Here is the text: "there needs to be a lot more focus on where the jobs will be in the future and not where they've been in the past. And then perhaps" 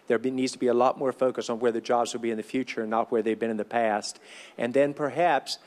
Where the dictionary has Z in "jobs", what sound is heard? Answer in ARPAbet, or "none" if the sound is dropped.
Z